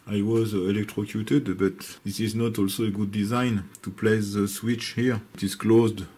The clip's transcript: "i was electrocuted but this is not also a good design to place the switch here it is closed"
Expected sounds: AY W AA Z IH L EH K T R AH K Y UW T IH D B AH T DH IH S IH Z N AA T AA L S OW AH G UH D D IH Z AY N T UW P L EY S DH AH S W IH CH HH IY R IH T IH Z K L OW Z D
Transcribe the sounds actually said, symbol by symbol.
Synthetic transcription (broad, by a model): AY W AA Z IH L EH K T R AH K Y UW T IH D B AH T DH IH S IH Z N AA T AA L S OW AH G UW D D IH Z AY N T UW P L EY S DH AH S W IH CH HH IY R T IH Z K L OW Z D